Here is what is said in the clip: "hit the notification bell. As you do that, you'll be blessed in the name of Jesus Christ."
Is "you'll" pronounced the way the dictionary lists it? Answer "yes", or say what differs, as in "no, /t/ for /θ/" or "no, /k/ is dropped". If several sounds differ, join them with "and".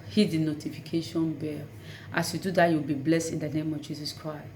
no, /w/ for /l/